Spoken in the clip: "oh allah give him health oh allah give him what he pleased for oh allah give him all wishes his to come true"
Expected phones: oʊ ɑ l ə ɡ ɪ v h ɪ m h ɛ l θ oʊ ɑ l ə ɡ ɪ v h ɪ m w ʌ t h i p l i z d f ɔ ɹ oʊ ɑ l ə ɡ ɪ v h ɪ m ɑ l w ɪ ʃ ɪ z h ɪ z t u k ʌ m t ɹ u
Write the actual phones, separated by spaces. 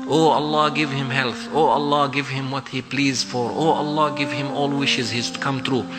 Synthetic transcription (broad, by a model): oʊ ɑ l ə ɡ ɪ v h ɪ m h ɛ l θ oʊ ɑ l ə ɡ ɪ v h ɪ m w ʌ t h i p l i z d f ɔ ɹ oʊ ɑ l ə ɡ ɪ v h ɪ m ɑ l w ɪ ʃ ɪ z h ɪ z t u k ʌ m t ɹ u